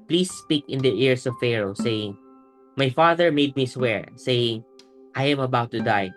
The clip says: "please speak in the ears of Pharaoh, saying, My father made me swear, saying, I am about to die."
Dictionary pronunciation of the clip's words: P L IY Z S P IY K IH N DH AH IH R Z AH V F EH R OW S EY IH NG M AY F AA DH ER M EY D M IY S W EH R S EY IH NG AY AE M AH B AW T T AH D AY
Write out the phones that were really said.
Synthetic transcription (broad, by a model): P L IY S P IY K IH N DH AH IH R S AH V F EH R OW S EY IH NG M AY F AA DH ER M EY D M IY S W EH R S EY IH NG AY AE M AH B AW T T AH D AY